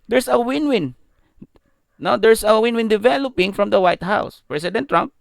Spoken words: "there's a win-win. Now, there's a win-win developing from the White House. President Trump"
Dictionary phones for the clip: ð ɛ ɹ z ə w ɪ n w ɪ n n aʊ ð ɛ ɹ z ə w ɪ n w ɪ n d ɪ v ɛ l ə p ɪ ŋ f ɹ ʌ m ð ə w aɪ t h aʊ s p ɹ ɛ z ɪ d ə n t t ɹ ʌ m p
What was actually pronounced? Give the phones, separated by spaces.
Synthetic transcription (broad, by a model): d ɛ ɹ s ə w ɪ n w ɪ n n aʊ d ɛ ɹ s ə w ɪ n w ɪ n d ɪ v ɛ l ə p ɪ ŋ f ɹ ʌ m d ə w aɪ t h aʊ s p ɹ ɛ s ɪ d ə n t t ɹ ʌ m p